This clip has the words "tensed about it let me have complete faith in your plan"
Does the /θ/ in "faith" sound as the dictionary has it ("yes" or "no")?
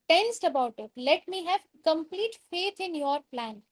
no